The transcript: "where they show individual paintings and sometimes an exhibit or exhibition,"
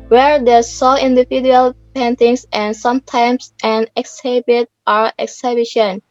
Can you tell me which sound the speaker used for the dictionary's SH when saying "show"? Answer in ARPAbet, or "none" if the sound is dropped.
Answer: S